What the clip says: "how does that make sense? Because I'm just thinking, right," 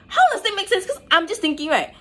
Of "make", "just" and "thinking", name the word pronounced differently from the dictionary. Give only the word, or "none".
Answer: none